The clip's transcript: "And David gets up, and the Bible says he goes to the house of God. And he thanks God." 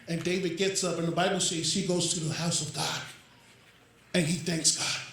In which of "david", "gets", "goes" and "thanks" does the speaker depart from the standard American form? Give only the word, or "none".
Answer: none